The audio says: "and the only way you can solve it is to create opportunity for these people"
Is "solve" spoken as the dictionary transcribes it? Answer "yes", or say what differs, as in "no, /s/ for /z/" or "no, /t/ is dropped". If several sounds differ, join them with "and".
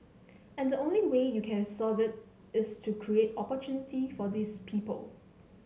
no, /l/ is dropped